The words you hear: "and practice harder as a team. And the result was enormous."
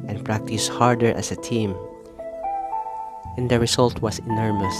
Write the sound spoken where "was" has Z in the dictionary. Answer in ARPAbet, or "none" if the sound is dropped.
S